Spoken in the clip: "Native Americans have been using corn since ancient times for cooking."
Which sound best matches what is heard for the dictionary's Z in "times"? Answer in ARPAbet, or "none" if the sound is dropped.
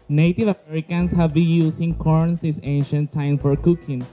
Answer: none